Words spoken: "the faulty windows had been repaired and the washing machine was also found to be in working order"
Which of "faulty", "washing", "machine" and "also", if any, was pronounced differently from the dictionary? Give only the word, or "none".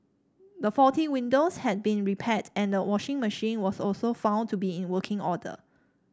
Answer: faulty